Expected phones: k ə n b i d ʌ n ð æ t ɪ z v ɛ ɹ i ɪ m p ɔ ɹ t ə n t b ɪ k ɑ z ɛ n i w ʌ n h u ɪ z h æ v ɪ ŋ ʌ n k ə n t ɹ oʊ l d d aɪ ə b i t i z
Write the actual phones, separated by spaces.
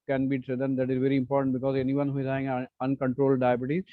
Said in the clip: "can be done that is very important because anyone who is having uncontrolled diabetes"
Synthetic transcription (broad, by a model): k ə n b i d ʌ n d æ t ɪ z v ɛ ɹ i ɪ m p ɔ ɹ t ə n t b ɪ k ɑ z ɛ n i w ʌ n h u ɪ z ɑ ɪ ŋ ʌ n k ə n t ɹ oʊ l d d aɪ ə b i t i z